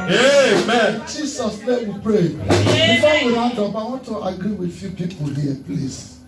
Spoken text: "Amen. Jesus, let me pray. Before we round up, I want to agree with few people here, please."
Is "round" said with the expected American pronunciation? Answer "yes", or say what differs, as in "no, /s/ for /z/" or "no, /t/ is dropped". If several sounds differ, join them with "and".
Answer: no, /n/ is dropped